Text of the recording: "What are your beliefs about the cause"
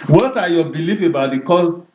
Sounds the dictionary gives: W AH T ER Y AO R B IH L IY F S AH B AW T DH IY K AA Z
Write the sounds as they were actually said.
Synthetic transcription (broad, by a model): W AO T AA Y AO B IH L IY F AH B AW T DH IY K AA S